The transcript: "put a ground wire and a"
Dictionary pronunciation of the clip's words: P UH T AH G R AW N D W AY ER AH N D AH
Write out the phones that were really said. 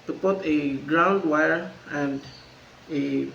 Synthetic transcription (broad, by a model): P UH T AH G R AW N D W AY ER AH N D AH